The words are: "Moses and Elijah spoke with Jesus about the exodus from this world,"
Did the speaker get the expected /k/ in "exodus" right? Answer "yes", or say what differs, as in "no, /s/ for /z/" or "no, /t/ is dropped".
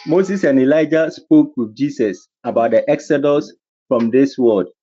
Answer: yes